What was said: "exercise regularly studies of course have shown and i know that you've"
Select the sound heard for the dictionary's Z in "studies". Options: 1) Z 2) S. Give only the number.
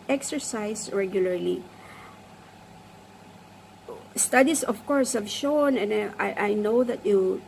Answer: 2